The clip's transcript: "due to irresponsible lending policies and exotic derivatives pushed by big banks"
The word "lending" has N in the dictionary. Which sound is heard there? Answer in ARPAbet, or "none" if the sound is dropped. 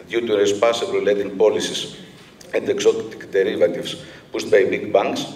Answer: none